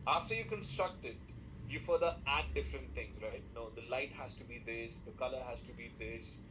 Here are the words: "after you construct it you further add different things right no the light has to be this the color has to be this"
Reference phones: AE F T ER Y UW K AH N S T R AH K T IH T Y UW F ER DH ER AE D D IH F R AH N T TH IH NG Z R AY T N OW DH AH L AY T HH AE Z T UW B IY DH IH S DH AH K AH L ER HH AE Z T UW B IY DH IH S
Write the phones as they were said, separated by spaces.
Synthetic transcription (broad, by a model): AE F T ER Y UW K AH N S T R AH K T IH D Y UW F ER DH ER AE D D IH F R AH N T T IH NG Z R AY T N OW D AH L AY T HH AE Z T UW B IY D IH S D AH K AH L ER HH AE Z T UW B IY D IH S